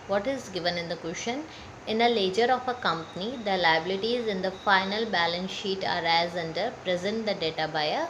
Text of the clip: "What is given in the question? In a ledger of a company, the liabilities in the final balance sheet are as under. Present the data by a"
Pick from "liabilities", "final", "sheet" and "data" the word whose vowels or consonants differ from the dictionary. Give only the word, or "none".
none